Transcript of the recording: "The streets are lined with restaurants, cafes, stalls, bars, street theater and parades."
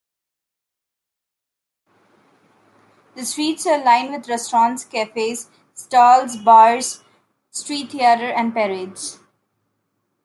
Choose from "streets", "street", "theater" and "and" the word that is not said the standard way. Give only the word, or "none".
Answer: theater